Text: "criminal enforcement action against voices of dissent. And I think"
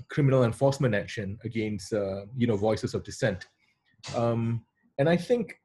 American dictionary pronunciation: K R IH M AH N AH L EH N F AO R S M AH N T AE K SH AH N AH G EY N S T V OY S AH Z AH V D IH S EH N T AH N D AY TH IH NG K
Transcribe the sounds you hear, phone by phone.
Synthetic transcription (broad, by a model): K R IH M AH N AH L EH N F AO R S M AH N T AE K SH AH N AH G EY N S T V OY S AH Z AH V D IH S EH N T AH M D AY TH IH NG K